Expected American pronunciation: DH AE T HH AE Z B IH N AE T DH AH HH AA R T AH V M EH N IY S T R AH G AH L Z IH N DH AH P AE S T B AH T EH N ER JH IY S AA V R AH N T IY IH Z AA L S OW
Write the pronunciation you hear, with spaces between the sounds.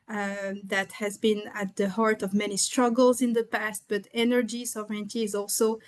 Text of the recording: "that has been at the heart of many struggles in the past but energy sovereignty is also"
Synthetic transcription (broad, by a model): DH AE T HH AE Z B IH N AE T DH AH HH AA R T AH V M EH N IY S T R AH G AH L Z IH N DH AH P AE S T B AH T EH N ER JH IY S AA V R AH N T IY IH Z AA L S OW